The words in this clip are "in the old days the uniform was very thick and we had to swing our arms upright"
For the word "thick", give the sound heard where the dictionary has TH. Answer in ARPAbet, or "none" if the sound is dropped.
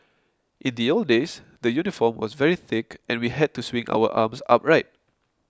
TH